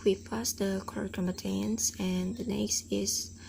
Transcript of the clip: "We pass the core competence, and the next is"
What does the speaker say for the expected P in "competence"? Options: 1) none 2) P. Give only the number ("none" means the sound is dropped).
1